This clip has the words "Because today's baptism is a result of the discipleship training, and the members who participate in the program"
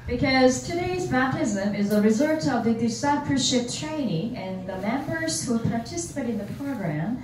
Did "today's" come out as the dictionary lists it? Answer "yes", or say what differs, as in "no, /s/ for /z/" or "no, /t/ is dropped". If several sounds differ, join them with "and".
yes